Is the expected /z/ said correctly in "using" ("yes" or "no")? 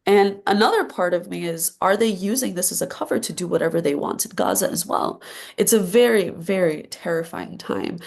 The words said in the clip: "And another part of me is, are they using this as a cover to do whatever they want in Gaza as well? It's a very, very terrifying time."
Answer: yes